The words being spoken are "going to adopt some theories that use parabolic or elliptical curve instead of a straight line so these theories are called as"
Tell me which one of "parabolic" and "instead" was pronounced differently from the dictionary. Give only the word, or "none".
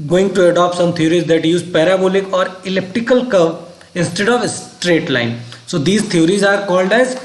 none